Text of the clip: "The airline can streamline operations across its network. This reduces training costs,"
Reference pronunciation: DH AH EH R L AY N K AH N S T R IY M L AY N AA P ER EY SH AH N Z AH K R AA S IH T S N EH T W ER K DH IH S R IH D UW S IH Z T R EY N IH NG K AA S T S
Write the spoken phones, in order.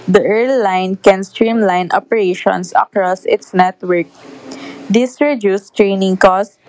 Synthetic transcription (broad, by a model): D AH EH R L AY N K AH N S T R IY M L AY N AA P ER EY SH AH N S AH K R AA S IH T S N EH T W ER K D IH S R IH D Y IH S T R EY N IH NG K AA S S